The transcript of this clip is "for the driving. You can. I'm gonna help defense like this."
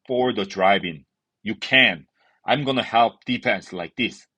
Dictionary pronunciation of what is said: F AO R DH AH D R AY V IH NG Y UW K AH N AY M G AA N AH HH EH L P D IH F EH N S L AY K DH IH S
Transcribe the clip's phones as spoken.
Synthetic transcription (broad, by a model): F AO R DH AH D R AY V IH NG Y UW K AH N AY M G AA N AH HH EH L P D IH P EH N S L AY K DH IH S